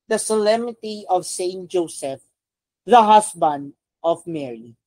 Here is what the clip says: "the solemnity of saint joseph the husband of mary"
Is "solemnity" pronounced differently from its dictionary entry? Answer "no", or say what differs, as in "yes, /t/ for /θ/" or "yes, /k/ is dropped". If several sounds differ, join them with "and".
yes, /n/ is dropped